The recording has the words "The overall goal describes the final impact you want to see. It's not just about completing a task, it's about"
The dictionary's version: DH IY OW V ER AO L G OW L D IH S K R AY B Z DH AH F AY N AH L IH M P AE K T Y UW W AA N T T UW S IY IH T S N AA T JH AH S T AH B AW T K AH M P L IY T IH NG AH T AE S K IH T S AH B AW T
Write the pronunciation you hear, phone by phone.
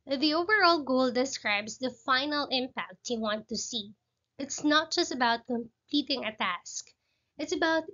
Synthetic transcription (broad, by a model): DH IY OW V ER AO L G OW L D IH S K R AY B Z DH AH F AY N AH L IH M P AE K T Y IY W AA N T T UW S IY IH T S N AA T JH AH S T AH B AW T K AH M P L IY T IH NG AH T AE S K IH T S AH B AW T